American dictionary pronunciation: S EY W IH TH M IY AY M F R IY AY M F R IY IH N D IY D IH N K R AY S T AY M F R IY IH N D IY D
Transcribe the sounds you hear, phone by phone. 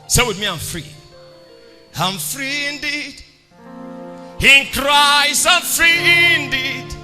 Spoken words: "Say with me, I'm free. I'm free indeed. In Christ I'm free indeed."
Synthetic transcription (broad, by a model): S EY W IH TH M IY AY M F R IY AY M F R IY IH N D IY D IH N K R AY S AY M F R IY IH N D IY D